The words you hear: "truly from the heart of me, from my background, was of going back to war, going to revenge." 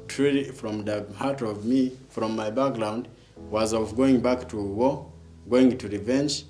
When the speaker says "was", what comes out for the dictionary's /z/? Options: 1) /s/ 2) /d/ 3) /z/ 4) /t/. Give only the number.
3